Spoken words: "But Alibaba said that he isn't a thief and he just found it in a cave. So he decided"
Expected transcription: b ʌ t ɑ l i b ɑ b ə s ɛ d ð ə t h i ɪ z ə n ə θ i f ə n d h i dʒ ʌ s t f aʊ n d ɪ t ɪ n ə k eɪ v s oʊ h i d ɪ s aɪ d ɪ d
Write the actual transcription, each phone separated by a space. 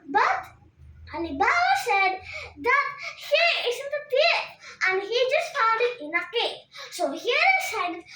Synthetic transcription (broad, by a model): b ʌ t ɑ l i b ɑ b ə s ɛ d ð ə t h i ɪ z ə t ə t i ə n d h i dʒ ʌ s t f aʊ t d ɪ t ɪ n ə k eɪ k s oʊ h i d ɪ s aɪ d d